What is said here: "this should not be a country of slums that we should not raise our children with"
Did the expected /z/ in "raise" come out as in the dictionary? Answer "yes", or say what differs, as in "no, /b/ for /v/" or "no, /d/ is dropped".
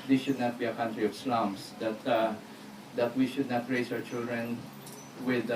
no, /s/ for /z/